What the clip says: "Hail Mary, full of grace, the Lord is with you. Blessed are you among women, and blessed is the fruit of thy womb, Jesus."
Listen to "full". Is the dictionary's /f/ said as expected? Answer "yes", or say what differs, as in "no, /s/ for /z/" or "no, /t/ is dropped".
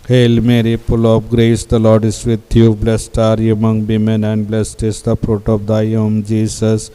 no, /p/ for /f/